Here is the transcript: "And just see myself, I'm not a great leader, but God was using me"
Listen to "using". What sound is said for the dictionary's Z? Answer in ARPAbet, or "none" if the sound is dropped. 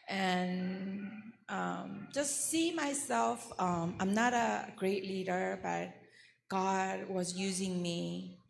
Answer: Z